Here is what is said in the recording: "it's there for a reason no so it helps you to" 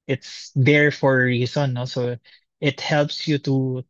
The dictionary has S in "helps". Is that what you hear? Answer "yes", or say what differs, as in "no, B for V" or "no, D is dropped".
yes